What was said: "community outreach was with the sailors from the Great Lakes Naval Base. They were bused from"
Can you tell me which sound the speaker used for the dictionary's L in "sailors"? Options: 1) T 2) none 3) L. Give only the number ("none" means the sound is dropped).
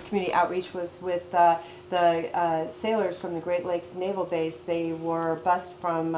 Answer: 3